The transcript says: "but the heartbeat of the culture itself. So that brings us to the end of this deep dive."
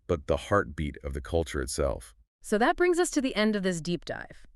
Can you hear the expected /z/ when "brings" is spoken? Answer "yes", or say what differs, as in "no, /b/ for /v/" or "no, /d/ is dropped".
yes